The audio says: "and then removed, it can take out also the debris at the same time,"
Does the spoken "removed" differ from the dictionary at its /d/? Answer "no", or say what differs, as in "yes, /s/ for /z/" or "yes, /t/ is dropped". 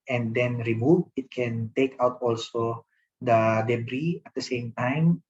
yes, /d/ is dropped